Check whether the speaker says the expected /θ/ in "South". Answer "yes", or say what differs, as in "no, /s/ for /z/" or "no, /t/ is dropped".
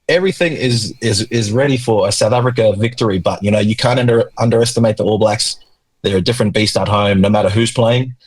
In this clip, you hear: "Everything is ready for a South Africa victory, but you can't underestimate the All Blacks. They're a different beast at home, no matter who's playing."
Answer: yes